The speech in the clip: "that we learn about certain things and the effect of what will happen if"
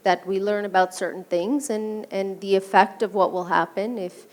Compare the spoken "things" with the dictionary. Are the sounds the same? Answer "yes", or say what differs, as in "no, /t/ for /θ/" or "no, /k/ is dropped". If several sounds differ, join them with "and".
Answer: yes